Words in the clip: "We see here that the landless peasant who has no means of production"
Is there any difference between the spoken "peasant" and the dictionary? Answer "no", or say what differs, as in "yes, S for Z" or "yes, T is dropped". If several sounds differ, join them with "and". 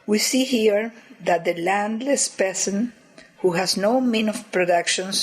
yes, S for Z